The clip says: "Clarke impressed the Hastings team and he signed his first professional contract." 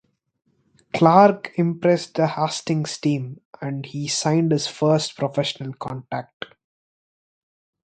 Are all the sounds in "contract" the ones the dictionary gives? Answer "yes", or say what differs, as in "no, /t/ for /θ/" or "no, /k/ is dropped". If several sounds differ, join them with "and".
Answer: no, /ɹ/ is dropped